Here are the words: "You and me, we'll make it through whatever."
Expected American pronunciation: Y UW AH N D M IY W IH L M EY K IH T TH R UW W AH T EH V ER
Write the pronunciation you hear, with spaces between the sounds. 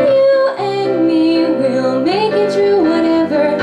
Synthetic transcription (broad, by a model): Y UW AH N M IY W IH L M EY K IH T T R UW W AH T EH V ER